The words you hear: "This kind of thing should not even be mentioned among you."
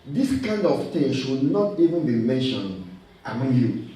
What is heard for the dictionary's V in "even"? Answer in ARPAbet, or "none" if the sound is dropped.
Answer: V